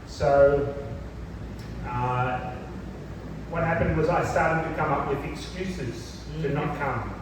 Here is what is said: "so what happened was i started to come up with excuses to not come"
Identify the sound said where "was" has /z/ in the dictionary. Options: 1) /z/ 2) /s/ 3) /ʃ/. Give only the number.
1